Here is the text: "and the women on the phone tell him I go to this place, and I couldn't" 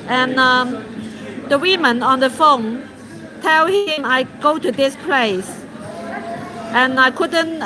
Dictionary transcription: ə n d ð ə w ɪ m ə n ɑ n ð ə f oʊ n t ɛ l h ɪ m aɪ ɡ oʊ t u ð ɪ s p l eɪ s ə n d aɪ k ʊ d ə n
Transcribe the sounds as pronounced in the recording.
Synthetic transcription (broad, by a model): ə n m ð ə w ɪ m ə n ɑ n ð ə f oʊ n t ɛ l h ɪ m aɪ ɡ oʊ t u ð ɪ s p l eɪ s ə n aɪ k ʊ d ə n